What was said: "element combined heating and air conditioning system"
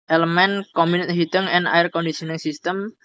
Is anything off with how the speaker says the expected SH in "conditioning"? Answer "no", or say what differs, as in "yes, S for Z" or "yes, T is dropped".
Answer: yes, S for SH